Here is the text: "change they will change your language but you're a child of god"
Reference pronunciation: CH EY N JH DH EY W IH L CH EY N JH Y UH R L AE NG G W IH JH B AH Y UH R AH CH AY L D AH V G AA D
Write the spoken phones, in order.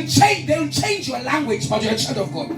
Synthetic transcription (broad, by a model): CH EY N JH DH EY W IH L CH EY N JH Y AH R L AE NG G W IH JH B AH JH AH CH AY N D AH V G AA